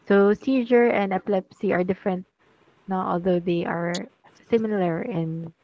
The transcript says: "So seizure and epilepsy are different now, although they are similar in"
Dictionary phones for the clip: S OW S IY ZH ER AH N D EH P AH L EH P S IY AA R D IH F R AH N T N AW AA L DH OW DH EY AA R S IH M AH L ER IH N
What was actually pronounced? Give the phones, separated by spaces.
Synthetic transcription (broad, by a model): S OW S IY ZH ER AH N D EH P AH L EH P S IY AA R D IH F R AH N T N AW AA L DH OW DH EY AA R S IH M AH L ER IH N